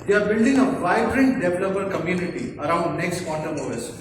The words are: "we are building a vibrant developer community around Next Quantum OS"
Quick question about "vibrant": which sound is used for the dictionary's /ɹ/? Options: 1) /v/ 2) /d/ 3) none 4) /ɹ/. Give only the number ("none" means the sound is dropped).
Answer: 4